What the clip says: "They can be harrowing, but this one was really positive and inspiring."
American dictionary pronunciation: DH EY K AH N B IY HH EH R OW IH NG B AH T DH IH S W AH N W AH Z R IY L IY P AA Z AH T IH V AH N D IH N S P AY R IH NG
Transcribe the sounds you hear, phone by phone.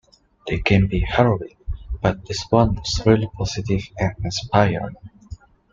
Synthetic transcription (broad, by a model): DH EY K AH N B IY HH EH R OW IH B AH T DH IH S W AH N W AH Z R IY L IY P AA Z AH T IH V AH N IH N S P AY IH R